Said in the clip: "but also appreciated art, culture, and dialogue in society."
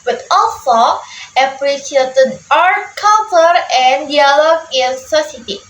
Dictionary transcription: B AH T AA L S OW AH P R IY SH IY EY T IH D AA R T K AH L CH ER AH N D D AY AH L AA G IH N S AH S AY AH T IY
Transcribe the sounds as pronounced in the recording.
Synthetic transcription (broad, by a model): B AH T AA L S OW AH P R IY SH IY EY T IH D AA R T K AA N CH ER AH N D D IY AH L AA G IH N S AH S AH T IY